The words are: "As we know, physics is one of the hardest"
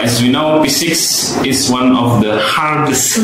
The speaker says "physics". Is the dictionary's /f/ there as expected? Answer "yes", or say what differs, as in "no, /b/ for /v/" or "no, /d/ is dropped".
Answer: no, /p/ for /f/